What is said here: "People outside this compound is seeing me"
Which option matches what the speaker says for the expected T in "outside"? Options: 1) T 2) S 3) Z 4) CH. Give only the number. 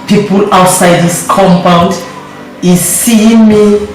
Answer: 1